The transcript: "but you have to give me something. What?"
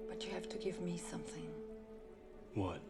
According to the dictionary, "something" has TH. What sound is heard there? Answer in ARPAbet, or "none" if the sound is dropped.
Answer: TH